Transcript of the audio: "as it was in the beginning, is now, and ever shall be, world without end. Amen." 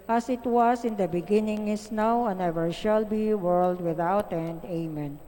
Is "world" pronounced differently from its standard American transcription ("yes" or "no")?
no